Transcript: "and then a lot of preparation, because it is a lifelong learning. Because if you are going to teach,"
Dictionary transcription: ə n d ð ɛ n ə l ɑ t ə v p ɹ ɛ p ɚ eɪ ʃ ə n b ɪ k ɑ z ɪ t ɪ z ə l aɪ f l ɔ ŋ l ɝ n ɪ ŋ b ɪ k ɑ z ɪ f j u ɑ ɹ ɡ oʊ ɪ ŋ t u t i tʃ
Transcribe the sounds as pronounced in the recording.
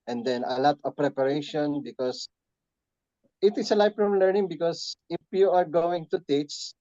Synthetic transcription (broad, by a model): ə n d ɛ n ə l ɑ t ə v p ɹ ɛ p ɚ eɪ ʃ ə n b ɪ k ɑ s ɪ t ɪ s ə l aɪ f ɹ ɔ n l ɝ n ɪ ŋ b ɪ k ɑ s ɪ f j u ɑ ɹ ɡ oʊ ɪ ŋ t u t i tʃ